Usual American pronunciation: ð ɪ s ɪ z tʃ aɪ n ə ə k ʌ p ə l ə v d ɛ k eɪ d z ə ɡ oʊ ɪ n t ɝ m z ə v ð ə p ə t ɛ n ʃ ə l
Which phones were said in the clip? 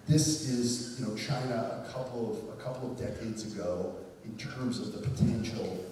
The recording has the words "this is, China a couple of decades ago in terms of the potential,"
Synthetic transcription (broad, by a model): ð ɪ s ɪ z tʃ aɪ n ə ə k ʌ p ə l ə v d ɛ k eɪ d z ə ɡ oʊ ɪ n t ɝ m z ə v ð ə p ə t ɛ n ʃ l